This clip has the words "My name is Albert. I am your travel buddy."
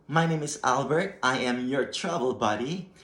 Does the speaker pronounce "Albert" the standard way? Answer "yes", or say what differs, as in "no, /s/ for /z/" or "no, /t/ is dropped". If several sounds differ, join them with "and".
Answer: yes